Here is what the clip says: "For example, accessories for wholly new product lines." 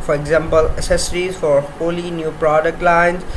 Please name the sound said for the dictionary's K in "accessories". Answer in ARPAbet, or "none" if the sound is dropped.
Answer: none